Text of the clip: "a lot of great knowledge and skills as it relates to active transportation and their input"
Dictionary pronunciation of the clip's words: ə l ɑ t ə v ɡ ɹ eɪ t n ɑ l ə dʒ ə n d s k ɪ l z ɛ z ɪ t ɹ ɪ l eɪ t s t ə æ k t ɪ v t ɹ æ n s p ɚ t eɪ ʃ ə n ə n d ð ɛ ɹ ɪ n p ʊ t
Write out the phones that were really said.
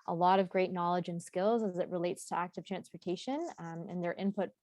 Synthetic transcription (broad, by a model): ə l ɑ t ə v ɡ ɹ eɪ t n ɑ l ə dʒ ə n s k ɪ l z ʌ z ɪ t ɹ ɪ l eɪ t s t ə æ k t ɪ v t ɹ æ n s p ɚ t eɪ ʃ ə n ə n ð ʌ ɹ ɪ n p ʊ t